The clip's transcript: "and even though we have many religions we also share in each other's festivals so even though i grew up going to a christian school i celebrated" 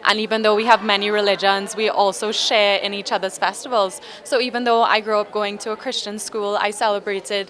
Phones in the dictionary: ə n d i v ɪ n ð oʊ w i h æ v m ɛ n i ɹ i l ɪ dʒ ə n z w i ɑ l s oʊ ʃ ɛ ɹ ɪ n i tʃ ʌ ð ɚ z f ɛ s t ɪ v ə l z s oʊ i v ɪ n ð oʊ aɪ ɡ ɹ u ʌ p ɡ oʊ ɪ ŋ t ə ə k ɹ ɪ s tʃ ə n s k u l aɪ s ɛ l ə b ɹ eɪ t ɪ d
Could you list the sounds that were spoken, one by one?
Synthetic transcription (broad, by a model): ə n i v ɪ n ð oʊ w i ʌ v m ɛ n i ɹ i l ɪ dʒ ə n z w i ɑ l s oʊ ʃ ɛ ɹ ɪ n i tʃ ʌ ð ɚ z f ɛ s t ɪ v ə l z s oʊ i v ɪ n ð oʊ aɪ ɡ ɹ u ʌ p ɡ oʊ ɪ ŋ t ə ə k ɹ ɪ s tʃ ə n s k u l aɪ s ɛ l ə b ɹ eɪ t ɪ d